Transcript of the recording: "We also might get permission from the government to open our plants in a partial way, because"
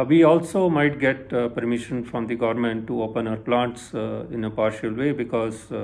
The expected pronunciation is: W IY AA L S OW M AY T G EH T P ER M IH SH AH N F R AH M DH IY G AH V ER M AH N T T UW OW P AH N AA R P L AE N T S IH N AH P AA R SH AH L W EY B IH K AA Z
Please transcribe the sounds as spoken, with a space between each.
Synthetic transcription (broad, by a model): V IY AA L S OW M AY T G EH T P ER M IH SH AH N F R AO M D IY G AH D M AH N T T UW OW P AH N AA R P L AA N T S IH N AH P AA R SH AH L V EY B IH K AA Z